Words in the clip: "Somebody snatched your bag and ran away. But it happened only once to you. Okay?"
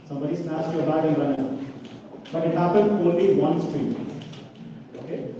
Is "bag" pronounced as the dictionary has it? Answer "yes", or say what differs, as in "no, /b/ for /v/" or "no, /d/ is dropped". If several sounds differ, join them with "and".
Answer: no, /ɡ/ is dropped